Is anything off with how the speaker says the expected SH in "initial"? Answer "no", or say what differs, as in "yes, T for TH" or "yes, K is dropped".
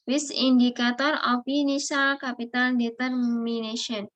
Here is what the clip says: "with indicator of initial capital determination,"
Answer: yes, S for SH